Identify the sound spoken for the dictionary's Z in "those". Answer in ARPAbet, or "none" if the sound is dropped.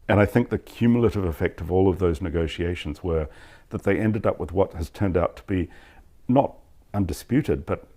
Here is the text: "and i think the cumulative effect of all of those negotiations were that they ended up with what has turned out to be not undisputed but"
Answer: Z